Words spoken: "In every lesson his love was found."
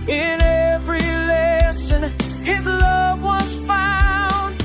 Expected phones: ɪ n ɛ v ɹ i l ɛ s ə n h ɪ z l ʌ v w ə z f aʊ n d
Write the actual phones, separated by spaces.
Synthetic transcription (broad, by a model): ɪ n ɛ v ɹ i l ɛ s ə n ɪ z l ʌ v w ə z f aʊ n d